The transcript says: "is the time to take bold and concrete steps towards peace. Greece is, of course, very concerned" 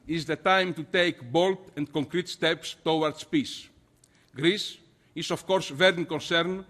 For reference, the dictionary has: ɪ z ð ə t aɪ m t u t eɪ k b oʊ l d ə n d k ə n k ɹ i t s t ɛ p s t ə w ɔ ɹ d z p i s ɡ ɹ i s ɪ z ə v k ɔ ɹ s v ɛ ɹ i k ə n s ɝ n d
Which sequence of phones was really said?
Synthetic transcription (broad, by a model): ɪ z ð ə t aɪ m t u t eɪ k b oʊ l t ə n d k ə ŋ k ɹ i t s t ɛ p s t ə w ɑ ɹ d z p i s ɡ ɹ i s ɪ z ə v k ɔ ɹ s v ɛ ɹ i k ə n s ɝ n